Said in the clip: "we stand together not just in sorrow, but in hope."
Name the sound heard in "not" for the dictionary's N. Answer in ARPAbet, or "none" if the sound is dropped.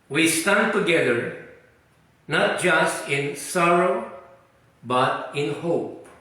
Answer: N